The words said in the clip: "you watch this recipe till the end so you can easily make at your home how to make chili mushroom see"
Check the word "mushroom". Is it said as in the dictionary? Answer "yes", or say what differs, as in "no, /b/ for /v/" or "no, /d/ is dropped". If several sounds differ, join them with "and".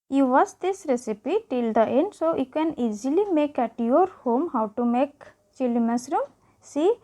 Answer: no, /s/ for /ʃ/